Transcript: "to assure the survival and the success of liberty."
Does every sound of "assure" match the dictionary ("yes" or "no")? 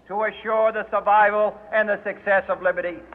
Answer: yes